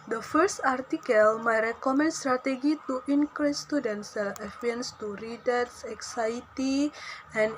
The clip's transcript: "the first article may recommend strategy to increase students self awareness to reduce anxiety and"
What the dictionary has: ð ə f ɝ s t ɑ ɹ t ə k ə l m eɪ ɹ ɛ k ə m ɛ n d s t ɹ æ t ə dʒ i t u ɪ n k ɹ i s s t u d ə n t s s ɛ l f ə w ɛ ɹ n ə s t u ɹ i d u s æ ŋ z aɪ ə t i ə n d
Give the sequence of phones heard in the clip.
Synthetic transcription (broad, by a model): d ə f ɝ s t ɑ ɹ t ə k ə l m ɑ ɹ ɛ k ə m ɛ n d s t ɹ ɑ t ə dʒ i t u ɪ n k ɹ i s s t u d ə n t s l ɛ f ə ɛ n s t u ɹ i d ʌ s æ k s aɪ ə t i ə n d